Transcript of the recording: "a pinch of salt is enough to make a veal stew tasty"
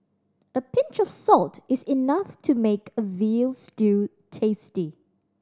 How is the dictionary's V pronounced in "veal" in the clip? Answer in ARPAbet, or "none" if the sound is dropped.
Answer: V